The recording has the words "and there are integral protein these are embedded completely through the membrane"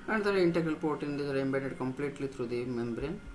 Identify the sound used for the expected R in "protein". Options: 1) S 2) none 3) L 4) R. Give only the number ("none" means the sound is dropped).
2